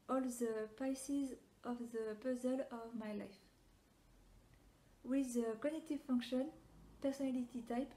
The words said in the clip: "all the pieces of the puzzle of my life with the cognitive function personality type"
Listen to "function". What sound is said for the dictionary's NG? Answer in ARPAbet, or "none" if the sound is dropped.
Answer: NG